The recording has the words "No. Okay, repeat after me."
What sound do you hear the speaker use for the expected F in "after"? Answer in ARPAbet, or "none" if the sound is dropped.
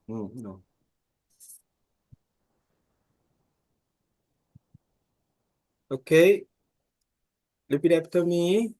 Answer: P